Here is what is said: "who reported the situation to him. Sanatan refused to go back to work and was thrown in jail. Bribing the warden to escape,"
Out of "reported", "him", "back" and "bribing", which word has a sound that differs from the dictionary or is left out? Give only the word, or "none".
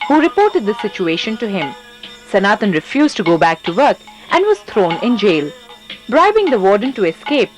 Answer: none